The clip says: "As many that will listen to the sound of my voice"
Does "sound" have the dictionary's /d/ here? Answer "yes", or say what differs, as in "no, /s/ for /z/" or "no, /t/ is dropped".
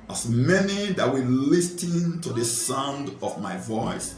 yes